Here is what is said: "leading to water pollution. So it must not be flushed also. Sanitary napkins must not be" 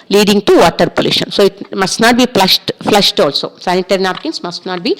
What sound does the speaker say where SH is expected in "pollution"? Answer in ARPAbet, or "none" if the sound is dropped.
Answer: SH